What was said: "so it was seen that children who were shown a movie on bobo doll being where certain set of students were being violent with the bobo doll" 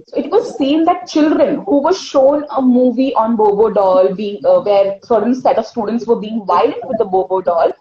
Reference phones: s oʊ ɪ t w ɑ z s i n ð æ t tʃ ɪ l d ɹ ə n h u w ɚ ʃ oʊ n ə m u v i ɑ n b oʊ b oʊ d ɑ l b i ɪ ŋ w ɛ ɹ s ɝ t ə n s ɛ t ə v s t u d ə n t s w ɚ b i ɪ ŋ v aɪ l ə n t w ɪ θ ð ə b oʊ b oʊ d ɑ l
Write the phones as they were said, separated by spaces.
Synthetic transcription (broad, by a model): s oʊ ɪ t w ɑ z s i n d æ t tʃ ɪ l d ɹ ə n h u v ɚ ʃ oʊ n ə m u v i ɑ n b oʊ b oʊ d ɑ l b i ɪ ŋ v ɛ ɹ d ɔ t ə l s ɛ t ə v s t u d ə n t s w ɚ b i ɪ ŋ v aɪ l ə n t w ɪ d ə b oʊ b oʊ d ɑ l